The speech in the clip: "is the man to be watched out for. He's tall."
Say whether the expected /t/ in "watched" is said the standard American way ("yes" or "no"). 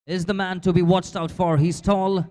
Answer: yes